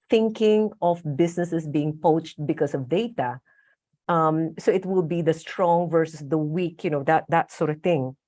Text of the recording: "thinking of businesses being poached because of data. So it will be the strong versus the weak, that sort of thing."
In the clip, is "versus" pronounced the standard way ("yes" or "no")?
yes